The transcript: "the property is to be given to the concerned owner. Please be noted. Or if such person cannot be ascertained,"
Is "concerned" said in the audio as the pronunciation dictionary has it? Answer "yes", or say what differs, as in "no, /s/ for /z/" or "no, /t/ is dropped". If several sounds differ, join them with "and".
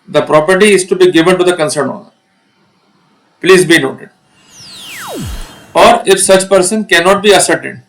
no, /d/ is dropped